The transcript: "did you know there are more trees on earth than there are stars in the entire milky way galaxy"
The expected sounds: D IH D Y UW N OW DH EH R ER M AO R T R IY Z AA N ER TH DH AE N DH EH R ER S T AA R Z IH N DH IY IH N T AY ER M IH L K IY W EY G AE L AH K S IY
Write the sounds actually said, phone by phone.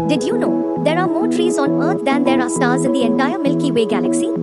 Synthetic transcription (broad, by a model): D IH D Y UW N OW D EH R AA M AO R T R IY Z AA N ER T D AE N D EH R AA S T AA R Z IH N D IY IH N T AY ER M IH L K IY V EY G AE L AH K S IY